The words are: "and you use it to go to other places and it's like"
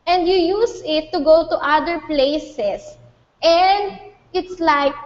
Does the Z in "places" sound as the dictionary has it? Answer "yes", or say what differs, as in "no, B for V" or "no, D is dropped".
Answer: no, S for Z